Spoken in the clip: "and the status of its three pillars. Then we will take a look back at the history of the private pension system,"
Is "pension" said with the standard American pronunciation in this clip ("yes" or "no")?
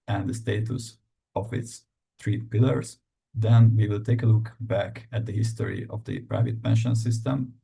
yes